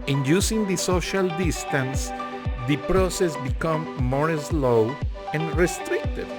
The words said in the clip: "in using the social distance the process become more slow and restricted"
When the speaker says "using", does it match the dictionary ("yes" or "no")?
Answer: no